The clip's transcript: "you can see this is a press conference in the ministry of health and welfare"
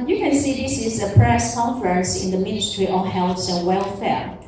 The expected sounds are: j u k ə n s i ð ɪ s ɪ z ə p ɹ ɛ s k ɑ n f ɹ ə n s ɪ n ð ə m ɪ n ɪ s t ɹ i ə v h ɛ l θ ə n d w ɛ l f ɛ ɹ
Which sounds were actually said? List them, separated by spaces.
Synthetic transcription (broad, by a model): j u k ə n s i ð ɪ s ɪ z ə p ɹ ɛ s k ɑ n f ɹ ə n s ɪ n ð ə m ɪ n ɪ s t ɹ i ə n h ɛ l s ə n w ɛ l f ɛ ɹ